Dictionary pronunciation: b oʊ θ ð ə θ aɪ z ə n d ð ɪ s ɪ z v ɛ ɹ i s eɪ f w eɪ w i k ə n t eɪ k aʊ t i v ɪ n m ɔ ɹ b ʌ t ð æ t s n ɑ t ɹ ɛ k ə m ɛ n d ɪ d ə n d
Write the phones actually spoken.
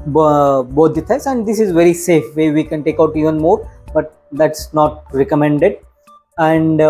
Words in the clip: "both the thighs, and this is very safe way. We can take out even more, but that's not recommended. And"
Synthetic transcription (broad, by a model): b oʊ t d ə t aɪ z ə n d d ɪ s ɪ z v ɛ ɹ i s eɪ f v eɪ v i k ə n t eɪ k aʊ t i v ɪ n m ɔ ɹ b ʌ t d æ t s n ɑ t ɹ ɛ k ə m ɛ n d ɪ d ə n d